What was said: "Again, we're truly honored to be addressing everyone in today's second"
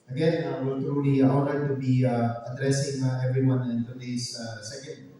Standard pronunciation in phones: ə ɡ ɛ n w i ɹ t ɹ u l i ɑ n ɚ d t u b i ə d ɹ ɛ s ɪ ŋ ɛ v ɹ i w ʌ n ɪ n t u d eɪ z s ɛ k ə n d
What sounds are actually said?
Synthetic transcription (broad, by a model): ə ɡ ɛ n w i l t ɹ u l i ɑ l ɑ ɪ t u b i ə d ɹ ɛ s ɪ ŋ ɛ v ɹ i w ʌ n ɪ n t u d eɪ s s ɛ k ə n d